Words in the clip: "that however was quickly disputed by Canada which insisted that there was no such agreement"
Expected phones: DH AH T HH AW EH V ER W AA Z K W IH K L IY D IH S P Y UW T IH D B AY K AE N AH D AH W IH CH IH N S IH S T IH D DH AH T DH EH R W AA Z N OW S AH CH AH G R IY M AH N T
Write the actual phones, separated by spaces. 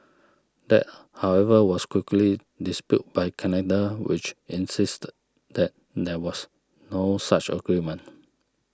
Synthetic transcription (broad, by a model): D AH T HH AW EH V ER W AA S K W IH K L IY D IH S P Y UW T B AY K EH N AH D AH W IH CH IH N S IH S T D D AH T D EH W AA S N OW S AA CH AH G R IY M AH N